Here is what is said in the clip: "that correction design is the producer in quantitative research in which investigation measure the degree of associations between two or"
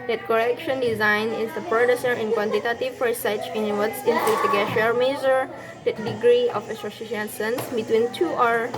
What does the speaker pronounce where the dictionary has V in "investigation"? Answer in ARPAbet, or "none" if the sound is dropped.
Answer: P